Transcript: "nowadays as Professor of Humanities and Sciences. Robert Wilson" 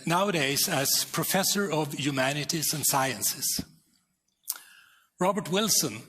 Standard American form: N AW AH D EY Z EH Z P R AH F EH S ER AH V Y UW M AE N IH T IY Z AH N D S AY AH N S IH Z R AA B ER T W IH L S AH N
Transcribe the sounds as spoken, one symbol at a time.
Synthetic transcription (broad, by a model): N AW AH D EY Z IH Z P R AH F EH S ER AH V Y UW M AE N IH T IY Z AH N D S AY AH N S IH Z R AA B ER T W IH L S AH N